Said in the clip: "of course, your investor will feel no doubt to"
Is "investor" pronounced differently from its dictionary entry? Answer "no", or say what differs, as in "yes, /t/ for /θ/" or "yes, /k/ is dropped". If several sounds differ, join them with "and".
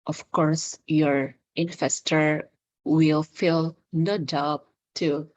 yes, /f/ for /v/